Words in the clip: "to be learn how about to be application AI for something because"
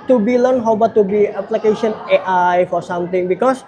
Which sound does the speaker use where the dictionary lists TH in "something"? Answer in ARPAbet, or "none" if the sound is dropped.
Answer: T